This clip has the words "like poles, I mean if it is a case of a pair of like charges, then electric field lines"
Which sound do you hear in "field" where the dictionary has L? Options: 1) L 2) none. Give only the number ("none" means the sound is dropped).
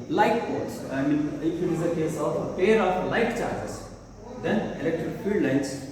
2